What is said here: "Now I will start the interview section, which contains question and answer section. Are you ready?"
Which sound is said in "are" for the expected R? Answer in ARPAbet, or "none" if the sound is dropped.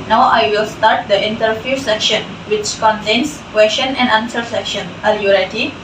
L